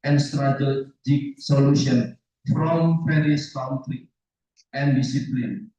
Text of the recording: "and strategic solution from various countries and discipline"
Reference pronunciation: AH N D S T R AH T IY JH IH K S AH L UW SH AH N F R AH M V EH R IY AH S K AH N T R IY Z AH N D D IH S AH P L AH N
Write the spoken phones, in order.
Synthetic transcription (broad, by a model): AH N S T R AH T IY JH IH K S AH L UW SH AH N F R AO M P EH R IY S K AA N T R IY AH N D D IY S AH P L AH N